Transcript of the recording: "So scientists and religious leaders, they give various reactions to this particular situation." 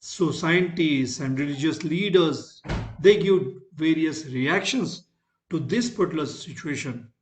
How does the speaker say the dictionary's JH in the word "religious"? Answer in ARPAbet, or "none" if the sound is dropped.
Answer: JH